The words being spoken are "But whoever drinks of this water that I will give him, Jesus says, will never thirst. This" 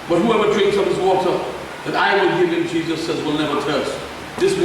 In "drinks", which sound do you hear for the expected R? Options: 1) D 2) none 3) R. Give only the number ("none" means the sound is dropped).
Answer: 3